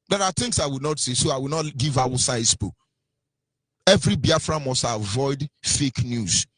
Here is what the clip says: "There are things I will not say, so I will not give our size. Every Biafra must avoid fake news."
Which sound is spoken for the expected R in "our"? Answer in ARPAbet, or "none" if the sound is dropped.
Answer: W